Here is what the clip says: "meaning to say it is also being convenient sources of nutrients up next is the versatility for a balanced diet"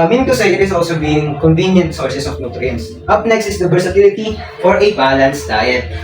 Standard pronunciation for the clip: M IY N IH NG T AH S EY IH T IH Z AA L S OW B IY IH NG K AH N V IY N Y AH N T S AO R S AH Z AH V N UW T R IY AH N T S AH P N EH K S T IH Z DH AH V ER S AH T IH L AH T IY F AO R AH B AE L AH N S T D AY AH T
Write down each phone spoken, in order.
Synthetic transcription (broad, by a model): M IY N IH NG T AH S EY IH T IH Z AA L S OW B IY IH NG K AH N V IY N Y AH N T S AO R S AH S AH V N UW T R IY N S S AH P N EH K S T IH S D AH B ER S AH T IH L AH T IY F AO R AH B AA L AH N S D AY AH T